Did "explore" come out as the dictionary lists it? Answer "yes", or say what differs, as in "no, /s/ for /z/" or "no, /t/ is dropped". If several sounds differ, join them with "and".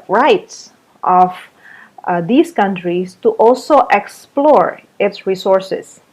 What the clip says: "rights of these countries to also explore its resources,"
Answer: yes